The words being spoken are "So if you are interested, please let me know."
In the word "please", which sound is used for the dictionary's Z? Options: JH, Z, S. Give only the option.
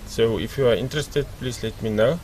S